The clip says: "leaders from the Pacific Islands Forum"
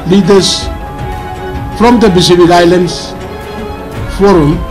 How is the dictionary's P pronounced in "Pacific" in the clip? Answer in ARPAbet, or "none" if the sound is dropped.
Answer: B